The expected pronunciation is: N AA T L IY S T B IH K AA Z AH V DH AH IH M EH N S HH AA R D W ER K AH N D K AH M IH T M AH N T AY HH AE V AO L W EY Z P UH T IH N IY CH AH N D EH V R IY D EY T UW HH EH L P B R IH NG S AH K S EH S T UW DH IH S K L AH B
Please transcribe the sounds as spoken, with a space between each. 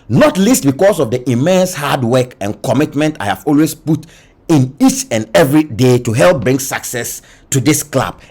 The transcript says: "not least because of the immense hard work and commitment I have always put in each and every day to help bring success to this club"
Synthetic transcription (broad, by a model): N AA T L IY S T B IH K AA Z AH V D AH IH M EH N S HH AA D W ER K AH N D K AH M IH T M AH N T AY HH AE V AO L W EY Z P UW T IH N IY CH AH N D EH V R IY D EY T UW HH EH L P B R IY NG S AH K S EH S T UW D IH S K L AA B